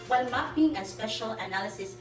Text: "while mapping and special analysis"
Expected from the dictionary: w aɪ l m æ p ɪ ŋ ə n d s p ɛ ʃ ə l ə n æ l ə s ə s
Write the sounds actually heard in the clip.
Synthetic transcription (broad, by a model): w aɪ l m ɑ b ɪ ŋ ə s p ɛ ʃ ə l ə n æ l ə s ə s